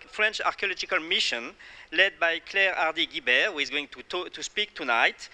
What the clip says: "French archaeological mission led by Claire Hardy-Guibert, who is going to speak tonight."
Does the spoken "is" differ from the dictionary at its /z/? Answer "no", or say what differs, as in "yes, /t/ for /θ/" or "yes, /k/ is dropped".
no